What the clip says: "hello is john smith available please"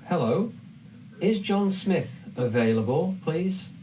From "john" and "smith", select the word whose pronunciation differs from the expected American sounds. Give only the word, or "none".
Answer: none